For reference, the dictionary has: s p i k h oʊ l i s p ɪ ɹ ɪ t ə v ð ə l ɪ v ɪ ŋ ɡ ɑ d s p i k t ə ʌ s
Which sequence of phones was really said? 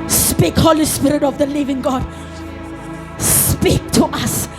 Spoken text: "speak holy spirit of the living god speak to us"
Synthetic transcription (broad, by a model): s p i k h oʊ l i s p ɪ ɹ ɪ t ə v ð ə l ɪ v ɪ ŋ ɡ ɑ d s p i k t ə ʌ s